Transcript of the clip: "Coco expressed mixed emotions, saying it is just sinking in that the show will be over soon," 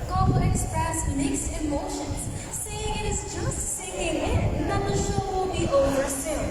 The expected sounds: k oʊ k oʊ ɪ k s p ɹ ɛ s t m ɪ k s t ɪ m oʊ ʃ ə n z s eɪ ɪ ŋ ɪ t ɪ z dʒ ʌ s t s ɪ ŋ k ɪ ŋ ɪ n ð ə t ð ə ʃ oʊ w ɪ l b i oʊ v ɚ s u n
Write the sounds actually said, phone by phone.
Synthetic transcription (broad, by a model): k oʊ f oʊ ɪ k s p ɹ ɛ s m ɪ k s ɪ m oʊ ʃ ə n z s eɪ ɪ ŋ ɪ t ɪ z dʒ ʌ s t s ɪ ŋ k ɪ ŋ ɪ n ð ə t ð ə ʃ oʊ w ɪ l b i oʊ v ɚ s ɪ